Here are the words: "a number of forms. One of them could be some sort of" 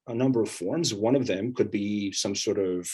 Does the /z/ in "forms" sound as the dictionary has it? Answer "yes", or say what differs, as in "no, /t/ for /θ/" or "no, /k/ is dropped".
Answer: yes